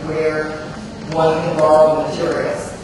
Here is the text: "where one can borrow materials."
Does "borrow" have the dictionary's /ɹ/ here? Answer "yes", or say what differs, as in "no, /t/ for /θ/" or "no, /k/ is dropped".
no, /l/ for /ɹ/